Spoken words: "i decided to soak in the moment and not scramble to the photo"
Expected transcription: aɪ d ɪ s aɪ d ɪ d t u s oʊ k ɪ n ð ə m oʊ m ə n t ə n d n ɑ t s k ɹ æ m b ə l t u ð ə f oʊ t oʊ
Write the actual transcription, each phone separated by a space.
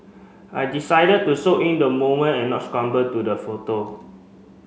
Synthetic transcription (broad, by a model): aɪ d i s aɪ d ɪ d t u s oʊ ɪ n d ə m oʊ m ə n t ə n n ɑ t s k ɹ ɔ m b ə t u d ə f oʊ t oʊ